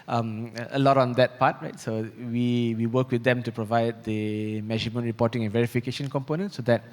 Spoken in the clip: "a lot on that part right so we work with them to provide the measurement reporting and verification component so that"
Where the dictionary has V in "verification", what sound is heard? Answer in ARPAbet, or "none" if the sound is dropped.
V